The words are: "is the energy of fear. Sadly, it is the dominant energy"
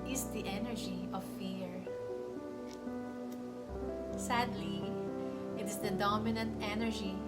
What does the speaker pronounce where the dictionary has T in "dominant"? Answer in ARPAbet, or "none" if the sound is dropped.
T